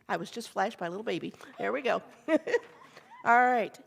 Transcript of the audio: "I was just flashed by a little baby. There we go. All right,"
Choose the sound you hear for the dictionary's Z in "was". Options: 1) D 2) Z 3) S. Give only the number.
2